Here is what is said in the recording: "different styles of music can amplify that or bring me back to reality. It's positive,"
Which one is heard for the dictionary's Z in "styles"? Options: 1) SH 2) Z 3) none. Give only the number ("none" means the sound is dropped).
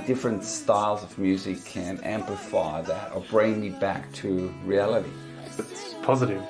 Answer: 2